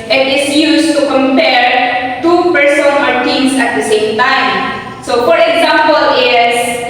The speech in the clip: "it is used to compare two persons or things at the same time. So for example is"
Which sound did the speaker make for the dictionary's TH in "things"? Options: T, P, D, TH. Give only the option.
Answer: T